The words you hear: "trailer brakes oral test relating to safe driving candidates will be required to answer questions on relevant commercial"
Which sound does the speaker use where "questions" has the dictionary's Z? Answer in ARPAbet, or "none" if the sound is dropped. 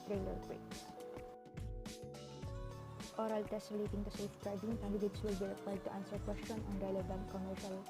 none